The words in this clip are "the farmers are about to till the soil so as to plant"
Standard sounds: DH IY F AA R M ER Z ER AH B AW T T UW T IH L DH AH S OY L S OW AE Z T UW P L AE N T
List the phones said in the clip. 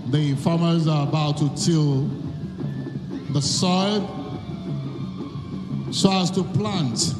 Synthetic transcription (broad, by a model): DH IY F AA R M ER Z ER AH B AW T T UW T IH L DH AH S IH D S OW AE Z T UW P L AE N T